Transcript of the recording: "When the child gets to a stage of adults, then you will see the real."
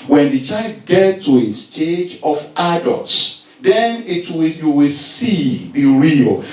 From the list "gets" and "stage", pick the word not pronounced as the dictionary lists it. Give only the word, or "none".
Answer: gets